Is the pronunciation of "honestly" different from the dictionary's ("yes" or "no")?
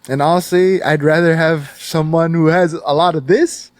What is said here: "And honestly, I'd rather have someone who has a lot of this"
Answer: yes